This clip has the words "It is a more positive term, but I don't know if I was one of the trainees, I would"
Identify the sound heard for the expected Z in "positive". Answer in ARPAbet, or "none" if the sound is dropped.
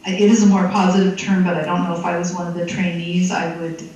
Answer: Z